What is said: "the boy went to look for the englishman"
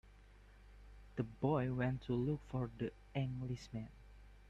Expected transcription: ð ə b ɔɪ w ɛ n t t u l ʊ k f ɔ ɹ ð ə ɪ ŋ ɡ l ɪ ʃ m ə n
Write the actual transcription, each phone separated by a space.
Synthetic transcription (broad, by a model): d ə b ɔɪ w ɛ n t t u l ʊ k f ɔ ɹ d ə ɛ ŋ ɡ l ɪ s m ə n